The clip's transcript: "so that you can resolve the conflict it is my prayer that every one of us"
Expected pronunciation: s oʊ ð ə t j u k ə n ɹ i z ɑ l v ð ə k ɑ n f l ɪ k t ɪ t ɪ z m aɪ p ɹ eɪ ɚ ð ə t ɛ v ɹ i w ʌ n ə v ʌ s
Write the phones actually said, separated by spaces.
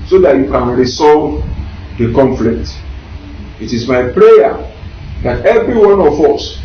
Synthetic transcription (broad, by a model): s oʊ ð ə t j u k ə n ɹ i s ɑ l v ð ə k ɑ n f l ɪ k t ɪ t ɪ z m aɪ p ɹ eɪ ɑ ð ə t ɛ v ɹ i w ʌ n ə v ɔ s